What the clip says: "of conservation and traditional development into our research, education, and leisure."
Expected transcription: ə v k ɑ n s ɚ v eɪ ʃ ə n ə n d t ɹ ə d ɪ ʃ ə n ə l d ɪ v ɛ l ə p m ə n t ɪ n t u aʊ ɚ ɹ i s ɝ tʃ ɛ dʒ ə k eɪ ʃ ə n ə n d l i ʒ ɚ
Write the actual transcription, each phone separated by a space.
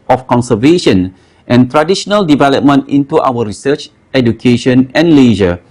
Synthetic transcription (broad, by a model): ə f k ɑ n s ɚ v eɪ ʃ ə n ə n t ɹ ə d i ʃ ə n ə l d ɪ v ɛ l ə p m ə n t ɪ n t u aʊ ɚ ɹ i s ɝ tʃ ɛ dʒ ə k eɪ ʃ ə n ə n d l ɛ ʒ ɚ